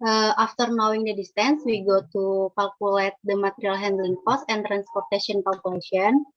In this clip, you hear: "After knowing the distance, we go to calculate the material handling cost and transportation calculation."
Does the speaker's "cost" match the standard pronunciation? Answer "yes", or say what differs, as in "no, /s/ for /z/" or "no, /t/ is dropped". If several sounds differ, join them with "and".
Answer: no, /t/ is dropped